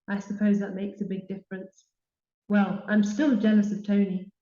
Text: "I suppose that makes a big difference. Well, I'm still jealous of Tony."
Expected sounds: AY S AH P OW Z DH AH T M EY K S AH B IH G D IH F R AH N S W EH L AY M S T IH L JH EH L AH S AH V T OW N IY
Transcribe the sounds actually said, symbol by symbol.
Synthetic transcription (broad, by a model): AY S AH P OW Z DH AH T M EY K S AH B IH G D IH F R AH N S W EH L AY M S T IH L JH EH L AH S AH V T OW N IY